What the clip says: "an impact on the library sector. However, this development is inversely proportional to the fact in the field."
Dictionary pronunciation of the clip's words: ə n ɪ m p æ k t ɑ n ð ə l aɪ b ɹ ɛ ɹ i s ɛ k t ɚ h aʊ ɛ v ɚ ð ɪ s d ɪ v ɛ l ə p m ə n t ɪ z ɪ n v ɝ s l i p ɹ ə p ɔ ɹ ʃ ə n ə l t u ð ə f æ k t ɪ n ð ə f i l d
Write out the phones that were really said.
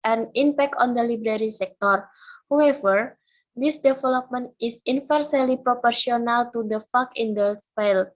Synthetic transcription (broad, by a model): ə n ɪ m p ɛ k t ɑ n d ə l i b ɹ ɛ ɹ i s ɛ k t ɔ h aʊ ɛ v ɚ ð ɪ s d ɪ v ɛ l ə p m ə n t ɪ s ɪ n f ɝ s l i p ɹ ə p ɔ ɹ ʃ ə n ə l t u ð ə f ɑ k ɪ n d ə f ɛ l